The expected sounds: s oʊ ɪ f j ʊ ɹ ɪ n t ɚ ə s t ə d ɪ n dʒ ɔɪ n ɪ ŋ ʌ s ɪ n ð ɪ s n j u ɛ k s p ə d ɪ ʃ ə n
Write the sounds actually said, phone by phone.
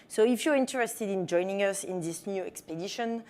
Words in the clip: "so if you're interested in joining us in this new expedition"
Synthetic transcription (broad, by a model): s oʊ ɪ f j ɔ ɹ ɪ n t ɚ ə s t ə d ɪ n dʒ ɔɪ n ɪ ŋ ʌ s ɪ n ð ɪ s n j u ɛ k s p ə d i ʃ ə n